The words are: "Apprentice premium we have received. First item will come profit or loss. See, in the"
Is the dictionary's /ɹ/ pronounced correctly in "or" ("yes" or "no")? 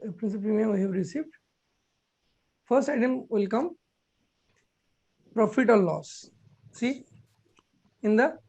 no